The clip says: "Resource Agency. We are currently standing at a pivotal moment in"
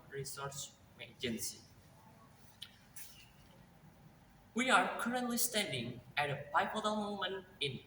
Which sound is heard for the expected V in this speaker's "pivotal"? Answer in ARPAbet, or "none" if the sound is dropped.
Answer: P